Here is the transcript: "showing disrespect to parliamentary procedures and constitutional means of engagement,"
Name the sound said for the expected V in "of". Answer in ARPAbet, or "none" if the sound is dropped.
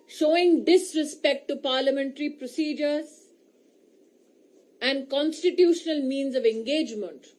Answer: V